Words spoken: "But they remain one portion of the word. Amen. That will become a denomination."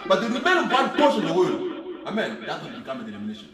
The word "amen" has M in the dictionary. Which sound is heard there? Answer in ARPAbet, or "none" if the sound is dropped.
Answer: M